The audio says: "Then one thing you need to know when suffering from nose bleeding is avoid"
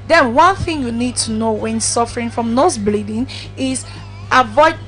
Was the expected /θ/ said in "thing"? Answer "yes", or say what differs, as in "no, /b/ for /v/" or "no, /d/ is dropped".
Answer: yes